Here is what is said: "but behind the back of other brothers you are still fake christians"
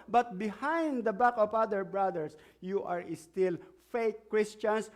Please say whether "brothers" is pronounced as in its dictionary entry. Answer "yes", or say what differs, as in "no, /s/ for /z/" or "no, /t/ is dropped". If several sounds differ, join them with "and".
no, /s/ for /z/